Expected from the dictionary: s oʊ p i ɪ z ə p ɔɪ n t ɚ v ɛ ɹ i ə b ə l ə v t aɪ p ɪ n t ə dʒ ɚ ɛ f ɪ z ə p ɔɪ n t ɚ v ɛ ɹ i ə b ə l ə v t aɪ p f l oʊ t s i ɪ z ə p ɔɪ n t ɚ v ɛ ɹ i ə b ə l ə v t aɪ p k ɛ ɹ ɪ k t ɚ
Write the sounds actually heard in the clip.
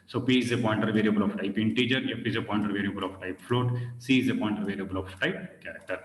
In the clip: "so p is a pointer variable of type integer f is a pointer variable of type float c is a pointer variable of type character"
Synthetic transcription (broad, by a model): s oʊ p i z ə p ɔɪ n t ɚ v ɛ ɹ i ə b ə l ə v t aɪ p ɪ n t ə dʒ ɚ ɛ p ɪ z ə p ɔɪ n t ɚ v ɛ ɹ i ə b ə l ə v t aɪ p f l oʊ t s i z ə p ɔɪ n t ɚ v ɛ ɹ i ə b ə l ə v t aɪ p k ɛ ɹ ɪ k t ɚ